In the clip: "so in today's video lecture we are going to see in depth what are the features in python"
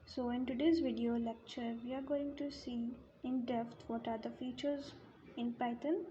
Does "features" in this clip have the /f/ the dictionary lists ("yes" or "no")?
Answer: yes